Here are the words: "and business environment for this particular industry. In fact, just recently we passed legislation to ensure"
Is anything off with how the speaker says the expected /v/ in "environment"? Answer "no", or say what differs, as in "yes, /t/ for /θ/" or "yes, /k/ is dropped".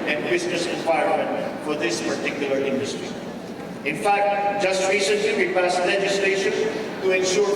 yes, /w/ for /v/